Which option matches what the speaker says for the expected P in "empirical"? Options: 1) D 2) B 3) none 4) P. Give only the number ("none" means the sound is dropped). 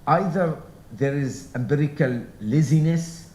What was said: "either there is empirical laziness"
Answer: 2